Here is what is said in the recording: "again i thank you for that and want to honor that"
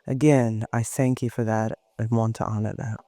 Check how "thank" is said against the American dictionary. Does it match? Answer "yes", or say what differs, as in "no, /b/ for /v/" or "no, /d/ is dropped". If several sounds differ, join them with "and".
yes